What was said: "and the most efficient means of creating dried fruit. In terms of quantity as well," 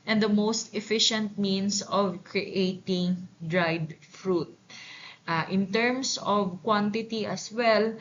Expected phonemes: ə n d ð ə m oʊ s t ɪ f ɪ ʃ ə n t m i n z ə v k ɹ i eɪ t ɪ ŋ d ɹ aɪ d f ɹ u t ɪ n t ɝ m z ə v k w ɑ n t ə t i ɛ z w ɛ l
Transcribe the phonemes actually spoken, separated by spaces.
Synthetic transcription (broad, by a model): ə n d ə m oʊ s t ɪ f ɪ ʃ ə n t m i n s ə v k ɹ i eɪ t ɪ ŋ d ɹ aɪ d f ɹ u t ɪ n t ɝ m s ə v k w ɑ n t ə t i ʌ s w ɛ l